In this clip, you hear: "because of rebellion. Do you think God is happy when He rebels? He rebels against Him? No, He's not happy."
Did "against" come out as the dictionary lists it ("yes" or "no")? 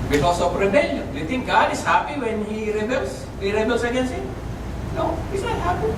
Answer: no